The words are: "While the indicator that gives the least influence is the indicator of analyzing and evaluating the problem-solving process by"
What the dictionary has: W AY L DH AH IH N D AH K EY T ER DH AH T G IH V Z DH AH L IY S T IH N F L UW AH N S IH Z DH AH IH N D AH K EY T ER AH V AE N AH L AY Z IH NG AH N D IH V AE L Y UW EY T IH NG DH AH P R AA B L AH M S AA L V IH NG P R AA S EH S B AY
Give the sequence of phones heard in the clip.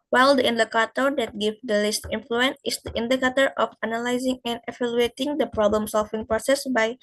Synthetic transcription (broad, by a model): W AY L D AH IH N D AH K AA T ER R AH T G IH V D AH L IY S T IH N F L UW AH N S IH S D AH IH N D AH K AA T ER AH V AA N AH L AY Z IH NG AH N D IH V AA L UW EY T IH NG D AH P R AA B L AH M S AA L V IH NG P R AA S EH S B AY